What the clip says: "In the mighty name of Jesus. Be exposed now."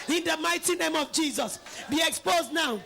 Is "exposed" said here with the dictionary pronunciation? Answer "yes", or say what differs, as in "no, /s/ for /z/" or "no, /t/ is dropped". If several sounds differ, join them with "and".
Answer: yes